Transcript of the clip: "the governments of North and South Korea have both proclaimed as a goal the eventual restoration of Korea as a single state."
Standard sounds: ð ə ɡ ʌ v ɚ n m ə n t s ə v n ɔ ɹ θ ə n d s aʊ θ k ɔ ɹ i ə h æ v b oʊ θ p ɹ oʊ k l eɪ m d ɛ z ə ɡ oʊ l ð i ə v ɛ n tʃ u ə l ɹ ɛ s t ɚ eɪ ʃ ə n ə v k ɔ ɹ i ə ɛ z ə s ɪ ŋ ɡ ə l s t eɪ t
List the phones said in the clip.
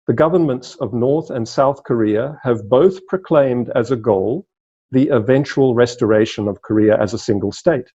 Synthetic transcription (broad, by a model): ð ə ɡ ʌ v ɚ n m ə n t s ə v n ɔ ɹ θ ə n s aʊ θ k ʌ ɹ i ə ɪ v b oʊ θ p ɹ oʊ k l eɪ m d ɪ z ə ɡ oʊ l ð i ə v ɛ n tʃ u ə l ɹ ɛ s t ɚ eɪ ʃ ə n ə v k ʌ ɹ i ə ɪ z ə s ɪ ŋ ɡ ə l s t eɪ t